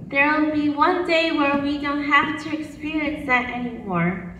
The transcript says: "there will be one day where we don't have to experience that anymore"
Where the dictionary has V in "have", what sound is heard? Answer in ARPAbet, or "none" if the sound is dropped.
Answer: F